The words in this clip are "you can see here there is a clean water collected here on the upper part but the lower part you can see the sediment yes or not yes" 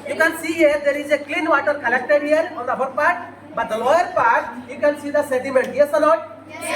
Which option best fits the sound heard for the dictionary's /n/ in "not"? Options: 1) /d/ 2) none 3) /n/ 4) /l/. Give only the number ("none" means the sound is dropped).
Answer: 4